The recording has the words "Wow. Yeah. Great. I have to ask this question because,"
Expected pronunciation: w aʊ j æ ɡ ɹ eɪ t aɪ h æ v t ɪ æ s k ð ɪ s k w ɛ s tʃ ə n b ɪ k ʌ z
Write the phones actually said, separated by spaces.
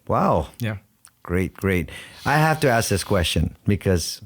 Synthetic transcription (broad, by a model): w aʊ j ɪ ɡ ɹ eɪ t aɪ h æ f t ɪ æ s k ð ɪ s k w ɛ s tʃ ə n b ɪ k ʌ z